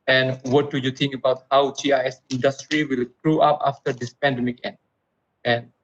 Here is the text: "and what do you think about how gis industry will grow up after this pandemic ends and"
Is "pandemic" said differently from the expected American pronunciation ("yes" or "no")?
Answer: no